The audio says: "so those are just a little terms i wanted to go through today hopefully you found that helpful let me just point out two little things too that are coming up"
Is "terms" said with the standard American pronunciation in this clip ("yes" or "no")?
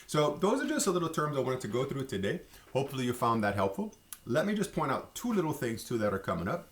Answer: yes